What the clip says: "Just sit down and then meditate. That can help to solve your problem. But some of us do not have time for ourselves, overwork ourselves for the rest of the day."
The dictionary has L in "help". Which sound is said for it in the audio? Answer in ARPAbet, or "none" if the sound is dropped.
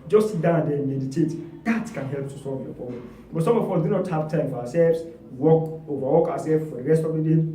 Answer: L